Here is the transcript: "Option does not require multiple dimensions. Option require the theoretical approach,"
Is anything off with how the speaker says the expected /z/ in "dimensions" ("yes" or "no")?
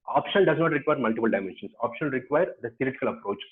yes